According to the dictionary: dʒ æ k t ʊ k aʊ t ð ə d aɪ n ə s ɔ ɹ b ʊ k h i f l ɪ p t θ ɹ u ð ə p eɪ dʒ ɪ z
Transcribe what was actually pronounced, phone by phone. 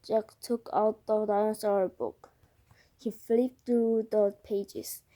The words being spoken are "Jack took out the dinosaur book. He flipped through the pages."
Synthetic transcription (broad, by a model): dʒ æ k t ʊ k aʊ t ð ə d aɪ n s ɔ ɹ b ʊ k h i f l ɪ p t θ ɹ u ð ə p eɪ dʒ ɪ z